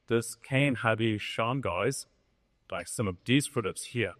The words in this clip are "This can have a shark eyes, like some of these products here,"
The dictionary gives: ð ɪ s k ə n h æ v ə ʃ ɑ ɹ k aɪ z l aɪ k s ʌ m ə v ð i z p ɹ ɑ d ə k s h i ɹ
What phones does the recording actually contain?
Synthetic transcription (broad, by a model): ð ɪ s k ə n h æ b ə ʃ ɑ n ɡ aɪ z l aɪ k s ʌ m ə v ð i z f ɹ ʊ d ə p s h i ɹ